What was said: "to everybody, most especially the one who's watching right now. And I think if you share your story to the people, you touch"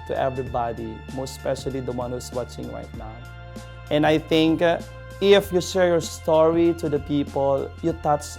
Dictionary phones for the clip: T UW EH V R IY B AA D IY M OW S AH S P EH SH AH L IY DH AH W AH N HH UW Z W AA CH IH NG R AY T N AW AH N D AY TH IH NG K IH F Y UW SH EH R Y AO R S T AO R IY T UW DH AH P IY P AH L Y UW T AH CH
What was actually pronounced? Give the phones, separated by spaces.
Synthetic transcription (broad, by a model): T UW EH V R IY B AA D IY M OW S S P EH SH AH L IY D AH W AH N HH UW S W AA CH IH NG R AY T N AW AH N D AY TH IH NG K IH F Y UW SH EH R Y AO R S T AO R IY T UW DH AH P IY P AH L Y UW T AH CH